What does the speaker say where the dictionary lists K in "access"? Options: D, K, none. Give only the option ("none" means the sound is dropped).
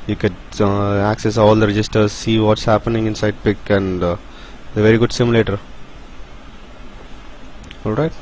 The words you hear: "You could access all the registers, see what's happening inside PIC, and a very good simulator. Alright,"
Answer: K